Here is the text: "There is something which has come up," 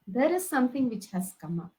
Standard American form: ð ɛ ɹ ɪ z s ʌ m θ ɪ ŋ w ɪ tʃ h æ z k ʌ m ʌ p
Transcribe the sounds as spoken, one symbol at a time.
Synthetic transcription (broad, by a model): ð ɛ ɹ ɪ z s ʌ m t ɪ ŋ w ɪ tʃ h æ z k ʌ m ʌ